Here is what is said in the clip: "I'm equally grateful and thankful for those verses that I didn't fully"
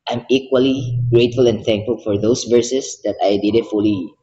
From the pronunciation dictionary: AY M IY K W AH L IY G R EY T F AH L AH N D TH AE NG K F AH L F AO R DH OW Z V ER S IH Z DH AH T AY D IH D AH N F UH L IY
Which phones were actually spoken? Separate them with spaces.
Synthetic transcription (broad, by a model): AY M IY K W AH L IY G R EY T F AH L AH N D TH AE NG K F AH L F AO R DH OW S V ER S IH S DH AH T AY D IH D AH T F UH L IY